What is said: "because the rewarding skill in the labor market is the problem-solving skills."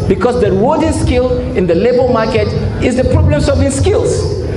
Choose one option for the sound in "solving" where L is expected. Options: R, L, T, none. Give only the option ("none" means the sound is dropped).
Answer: none